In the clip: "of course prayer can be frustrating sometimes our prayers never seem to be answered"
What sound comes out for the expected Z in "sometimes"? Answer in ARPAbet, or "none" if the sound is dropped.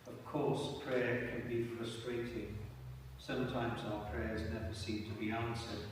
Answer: Z